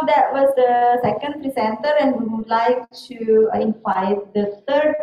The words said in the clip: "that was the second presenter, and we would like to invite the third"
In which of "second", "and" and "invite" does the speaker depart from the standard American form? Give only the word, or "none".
invite